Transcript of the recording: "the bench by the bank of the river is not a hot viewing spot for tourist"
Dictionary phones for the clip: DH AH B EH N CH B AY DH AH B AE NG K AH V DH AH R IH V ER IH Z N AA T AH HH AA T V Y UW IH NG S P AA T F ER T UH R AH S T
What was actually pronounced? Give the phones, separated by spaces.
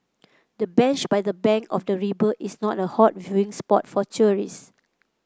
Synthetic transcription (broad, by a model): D AH B EH N CH B AY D AH B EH NG K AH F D AH R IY B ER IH S N AA T AH HH AA T V Y UW IH NG S P AA T F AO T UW R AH S